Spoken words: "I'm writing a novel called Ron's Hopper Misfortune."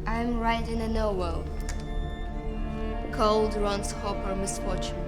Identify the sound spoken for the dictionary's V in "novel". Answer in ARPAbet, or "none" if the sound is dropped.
W